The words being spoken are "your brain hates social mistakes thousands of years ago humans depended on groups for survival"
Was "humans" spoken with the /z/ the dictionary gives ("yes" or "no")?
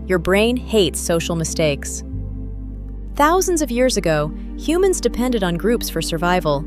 yes